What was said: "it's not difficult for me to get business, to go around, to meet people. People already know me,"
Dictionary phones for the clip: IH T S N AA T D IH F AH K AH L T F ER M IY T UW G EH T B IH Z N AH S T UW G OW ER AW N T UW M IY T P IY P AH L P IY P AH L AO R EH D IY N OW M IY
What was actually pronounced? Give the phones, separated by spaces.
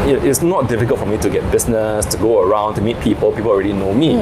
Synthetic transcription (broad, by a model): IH T S N AA T D IH F AH K AH L T F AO M IY T UW G EH T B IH S N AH S T UW G OW ER AW N T UW M IY T P IY P AH L P IY P AH L AO R EH D IY N OW M IY